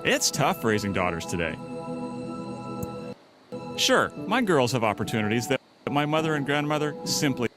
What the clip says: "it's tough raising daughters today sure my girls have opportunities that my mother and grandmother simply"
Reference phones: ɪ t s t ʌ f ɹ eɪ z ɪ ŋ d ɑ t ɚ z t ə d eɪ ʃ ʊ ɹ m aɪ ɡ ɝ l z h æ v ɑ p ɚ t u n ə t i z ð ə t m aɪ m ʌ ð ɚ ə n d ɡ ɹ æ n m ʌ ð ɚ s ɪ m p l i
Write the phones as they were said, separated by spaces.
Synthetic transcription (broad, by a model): ɪ t s t ʌ f ɹ eɪ z ɪ ŋ d ɑ t ɚ z t ə d eɪ ʃ ʊ ɹ m aɪ ɡ ɝ l z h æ v ɑ p ɚ t u n ə t i z ð ə t m aɪ m ʌ ð ɚ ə n ɡ ɹ æ n m ʌ ð ɚ s ɪ m p l i